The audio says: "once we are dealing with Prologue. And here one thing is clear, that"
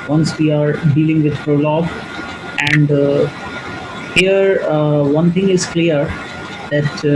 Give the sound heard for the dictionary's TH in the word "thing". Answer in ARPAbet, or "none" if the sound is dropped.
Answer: T